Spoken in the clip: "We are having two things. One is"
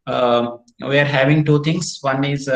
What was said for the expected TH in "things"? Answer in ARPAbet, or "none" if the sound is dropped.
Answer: T